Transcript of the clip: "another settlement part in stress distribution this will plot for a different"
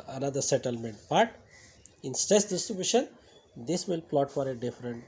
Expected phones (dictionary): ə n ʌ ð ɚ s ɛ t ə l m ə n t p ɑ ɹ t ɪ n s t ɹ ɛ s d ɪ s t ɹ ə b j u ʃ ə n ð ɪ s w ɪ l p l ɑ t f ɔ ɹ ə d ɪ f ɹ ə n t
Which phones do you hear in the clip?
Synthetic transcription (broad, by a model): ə n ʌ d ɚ s ɛ t ə l m ə n t b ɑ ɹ t ɪ n s t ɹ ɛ s d ɪ s t ɹ ə b j u ʃ ə n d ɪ s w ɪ l p l ɑ t f ɔ ɹ ə d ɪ f ɹ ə n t